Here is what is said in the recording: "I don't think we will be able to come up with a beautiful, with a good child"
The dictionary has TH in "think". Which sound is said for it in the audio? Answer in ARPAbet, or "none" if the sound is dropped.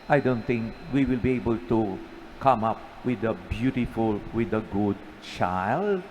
T